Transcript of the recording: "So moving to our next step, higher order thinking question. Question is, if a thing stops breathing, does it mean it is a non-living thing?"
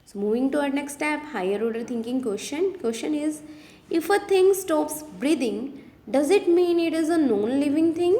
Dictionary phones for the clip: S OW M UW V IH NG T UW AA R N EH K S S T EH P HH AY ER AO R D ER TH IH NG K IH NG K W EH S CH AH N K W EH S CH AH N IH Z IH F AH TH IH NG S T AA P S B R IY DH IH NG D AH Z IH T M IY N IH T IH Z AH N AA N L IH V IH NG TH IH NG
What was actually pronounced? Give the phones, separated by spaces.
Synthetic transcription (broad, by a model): S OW M UW V IH NG T UW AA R N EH K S S T EH P HH AY ER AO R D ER T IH NG K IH NG K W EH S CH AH N K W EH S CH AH N IH Z IH F AH T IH NG S T AA P S B R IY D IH NG D AH Z IH T M IY N IH T IH Z AH N AA N L IH V IH NG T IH NG